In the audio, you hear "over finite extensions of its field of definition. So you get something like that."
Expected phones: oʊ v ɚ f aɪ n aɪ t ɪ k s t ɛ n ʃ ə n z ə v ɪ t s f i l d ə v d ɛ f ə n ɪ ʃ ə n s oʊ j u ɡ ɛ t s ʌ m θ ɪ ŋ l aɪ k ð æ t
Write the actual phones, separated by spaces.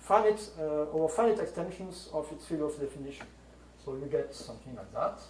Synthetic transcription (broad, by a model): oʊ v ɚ f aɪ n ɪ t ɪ k s t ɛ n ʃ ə n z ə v ɪ t s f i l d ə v d ɛ f ə n ɪ ʃ ə n s oʊ j u ɡ ɛ t s ʌ m θ ɪ ŋ l aɪ k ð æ t